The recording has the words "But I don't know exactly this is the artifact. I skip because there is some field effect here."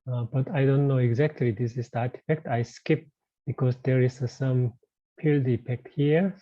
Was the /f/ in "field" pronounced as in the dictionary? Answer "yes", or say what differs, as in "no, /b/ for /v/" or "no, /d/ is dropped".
no, /p/ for /f/